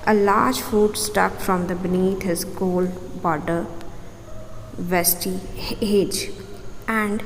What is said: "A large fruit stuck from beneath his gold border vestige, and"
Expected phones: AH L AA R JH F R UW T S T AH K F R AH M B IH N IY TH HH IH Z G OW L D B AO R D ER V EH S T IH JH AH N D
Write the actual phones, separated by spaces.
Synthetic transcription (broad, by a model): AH L AA R JH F UW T S T AH K F R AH M B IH N IY T HH IH Z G OW L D B AO R D ER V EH S T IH JH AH N D